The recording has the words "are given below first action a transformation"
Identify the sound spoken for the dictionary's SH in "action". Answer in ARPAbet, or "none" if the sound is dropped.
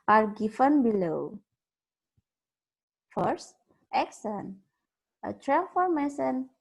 S